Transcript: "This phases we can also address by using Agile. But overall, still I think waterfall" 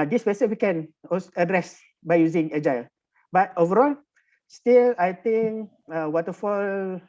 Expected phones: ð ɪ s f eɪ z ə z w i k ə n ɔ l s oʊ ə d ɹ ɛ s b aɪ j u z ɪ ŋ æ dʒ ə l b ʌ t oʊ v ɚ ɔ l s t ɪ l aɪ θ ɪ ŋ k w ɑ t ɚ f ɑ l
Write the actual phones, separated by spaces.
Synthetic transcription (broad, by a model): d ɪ s p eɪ s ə w i k ə n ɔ s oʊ ə d ɹ ɛ s b aɪ j u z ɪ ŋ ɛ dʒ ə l b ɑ t oʊ v ɚ ɔ l s t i l aɪ t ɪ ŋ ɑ w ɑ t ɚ f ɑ l